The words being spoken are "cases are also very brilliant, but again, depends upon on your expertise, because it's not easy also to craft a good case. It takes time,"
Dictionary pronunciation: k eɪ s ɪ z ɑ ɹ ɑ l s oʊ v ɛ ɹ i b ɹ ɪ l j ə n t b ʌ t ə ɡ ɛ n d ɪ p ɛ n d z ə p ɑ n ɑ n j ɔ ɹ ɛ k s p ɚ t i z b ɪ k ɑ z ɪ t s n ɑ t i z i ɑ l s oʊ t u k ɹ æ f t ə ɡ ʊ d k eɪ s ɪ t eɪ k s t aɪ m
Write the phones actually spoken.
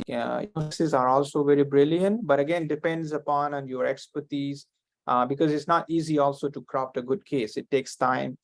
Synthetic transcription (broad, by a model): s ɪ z ɑ ɹ ɑ l s oʊ v ɛ ɹ i b ɹ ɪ l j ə n t b ʌ t ə ɡ ɛ n d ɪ p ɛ n d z ə p ɑ n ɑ n j ɔ ɹ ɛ k s p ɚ t i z b ɪ k ɑ z ɪ t s n ɑ t i z i ɑ l s oʊ t u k ɹ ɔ p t ə ɡ ʊ d k eɪ s ɪ t eɪ k s t aɪ m